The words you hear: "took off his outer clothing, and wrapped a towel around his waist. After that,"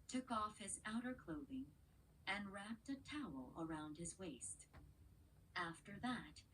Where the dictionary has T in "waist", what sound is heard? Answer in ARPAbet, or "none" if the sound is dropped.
T